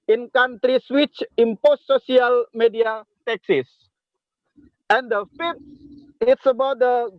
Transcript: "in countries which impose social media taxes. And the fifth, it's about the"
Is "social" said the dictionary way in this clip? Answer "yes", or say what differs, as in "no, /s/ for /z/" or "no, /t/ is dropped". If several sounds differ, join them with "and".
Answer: no, /s/ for /ʃ/